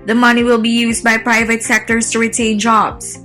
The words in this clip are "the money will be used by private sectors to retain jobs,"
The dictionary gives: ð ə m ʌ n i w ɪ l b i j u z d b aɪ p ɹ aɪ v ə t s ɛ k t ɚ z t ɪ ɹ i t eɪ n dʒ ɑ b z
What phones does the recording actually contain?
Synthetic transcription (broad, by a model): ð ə m ʌ n i w ɪ l b i j u z d b aɪ p ɹ aɪ v ə t s ɛ k t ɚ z t ɪ ɹ i t eɪ n dʒ ɑ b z